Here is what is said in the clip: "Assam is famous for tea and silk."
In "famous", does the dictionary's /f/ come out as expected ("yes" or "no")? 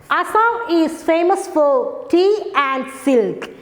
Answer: yes